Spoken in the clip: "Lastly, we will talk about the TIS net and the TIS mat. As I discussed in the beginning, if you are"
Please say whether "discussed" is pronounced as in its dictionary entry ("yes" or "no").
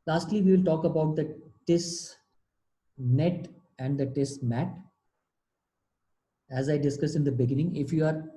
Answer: no